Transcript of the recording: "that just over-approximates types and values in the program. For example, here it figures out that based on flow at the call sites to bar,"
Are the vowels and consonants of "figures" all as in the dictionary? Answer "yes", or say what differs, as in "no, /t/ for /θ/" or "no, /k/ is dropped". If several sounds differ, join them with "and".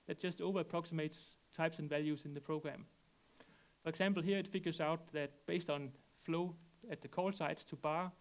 no, /s/ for /z/